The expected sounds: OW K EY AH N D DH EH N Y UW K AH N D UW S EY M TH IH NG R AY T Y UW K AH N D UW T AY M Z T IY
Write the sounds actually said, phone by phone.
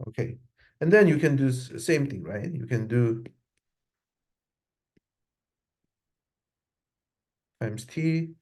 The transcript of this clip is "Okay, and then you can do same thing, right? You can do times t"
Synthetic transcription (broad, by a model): OW K EY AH N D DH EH N Y UW K AH N D UW S EY M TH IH NG R AY T Y UW K AH N D UW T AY M S T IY